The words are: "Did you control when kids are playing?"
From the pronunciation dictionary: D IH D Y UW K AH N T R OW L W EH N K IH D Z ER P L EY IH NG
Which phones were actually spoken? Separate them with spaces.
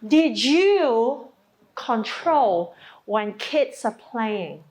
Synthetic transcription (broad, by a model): D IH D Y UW K AH N T R OW L W EH N K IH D S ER P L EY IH NG